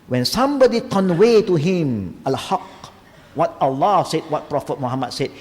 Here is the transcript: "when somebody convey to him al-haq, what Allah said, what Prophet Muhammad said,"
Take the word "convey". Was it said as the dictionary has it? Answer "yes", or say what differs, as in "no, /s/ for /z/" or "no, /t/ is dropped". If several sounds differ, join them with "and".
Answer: no, /w/ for /v/